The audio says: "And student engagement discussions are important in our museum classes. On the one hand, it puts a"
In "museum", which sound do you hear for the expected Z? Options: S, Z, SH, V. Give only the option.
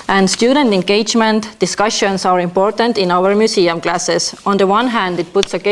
S